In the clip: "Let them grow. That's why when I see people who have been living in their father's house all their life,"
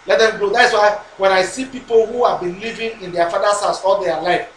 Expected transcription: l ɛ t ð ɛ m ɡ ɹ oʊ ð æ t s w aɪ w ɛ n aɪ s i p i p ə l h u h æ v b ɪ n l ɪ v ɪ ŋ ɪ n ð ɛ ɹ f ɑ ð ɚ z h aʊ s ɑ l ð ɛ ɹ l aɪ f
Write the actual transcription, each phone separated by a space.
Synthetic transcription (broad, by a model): l ɛ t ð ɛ m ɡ oʊ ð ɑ t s w aɪ w ɛ n aɪ s i p i p ə l h u h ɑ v b ɪ n l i v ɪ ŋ ɪ n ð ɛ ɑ f ɑ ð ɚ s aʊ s ɑ l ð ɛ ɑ l aɪ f